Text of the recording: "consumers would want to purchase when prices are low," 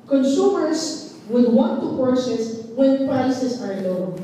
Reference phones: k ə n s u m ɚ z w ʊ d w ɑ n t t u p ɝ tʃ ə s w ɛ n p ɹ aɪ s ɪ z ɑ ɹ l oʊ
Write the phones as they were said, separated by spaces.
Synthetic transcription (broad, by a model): k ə n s u m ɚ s w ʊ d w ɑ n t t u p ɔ s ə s w ɛ n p ɹ aɪ s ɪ s ɑ ɹ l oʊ